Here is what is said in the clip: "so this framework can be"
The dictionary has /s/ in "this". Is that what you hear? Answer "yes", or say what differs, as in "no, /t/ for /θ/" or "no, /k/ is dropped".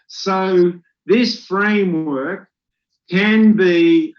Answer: yes